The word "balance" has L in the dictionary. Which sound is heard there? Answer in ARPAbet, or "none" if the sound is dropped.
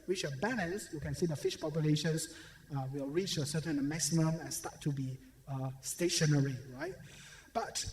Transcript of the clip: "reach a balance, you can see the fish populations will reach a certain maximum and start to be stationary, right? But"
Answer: N